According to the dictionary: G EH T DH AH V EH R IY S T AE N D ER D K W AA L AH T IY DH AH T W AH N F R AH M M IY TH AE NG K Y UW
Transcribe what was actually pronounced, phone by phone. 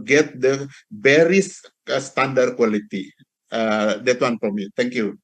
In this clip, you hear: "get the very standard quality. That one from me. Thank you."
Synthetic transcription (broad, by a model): G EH T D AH B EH R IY S T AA N D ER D K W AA L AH T IY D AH T W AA N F R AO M M IY T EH NG K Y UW